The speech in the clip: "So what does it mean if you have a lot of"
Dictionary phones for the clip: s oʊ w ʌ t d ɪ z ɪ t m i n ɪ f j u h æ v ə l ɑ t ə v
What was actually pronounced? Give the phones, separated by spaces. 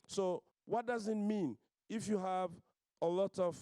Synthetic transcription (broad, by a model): s oʊ w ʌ t d ɪ z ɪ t m i n ɪ f j u h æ v ə l ɑ t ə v